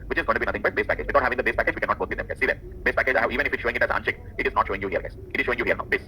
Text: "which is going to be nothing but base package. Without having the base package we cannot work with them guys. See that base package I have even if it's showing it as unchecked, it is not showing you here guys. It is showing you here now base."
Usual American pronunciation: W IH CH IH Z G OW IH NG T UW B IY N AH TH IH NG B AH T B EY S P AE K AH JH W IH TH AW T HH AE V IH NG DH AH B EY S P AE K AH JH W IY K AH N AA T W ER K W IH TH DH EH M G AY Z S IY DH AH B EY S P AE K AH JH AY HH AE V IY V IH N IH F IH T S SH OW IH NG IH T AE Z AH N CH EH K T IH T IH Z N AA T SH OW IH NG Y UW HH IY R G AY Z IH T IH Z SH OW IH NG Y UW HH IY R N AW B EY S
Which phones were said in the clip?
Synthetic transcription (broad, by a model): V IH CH IH Z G OW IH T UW B IY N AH T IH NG B AH T B EY S P AE K AH JH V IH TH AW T HH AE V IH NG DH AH B EY S P AE K AH JH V IY K AH N AA T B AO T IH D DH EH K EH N S IY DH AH B EY S P AE K AH JH AY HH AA IY V IH N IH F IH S SH OW IH NG IH T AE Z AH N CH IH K IH T IH Z N AA T SH OW IH NG Y UW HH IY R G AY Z IH T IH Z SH OW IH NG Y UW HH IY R N AW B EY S